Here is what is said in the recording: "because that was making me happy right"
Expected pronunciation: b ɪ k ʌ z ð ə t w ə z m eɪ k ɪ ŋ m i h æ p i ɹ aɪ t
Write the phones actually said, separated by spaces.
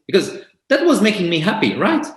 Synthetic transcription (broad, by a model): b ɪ k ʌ z ð ə t w ə z m eɪ k ɪ ŋ m i h æ p i ɹ aɪ t